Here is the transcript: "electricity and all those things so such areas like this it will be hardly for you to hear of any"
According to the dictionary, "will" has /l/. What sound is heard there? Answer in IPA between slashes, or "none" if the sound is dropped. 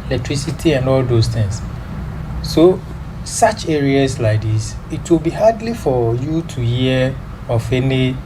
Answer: /l/